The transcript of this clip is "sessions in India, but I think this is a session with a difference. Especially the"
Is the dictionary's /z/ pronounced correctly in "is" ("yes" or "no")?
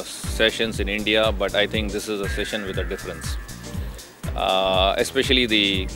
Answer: yes